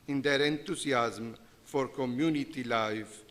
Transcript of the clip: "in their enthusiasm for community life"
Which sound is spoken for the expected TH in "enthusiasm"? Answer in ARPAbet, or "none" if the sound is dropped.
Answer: T